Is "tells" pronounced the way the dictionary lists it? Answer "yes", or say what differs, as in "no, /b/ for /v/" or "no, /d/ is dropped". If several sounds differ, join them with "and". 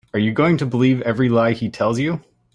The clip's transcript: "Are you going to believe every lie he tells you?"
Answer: yes